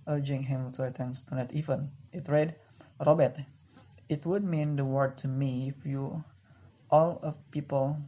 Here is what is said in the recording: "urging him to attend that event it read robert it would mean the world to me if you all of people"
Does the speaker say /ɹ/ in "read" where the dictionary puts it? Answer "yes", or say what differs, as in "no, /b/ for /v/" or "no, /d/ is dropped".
yes